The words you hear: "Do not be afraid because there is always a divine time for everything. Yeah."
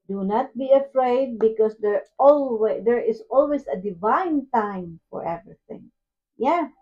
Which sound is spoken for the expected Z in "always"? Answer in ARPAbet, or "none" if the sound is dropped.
S